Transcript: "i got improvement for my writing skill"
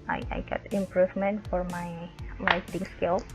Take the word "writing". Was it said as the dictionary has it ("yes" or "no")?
no